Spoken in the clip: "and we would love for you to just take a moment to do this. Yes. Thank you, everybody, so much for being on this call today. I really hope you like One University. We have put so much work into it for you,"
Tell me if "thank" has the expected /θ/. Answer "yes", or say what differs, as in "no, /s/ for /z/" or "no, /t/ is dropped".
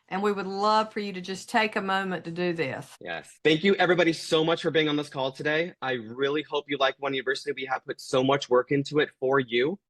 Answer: yes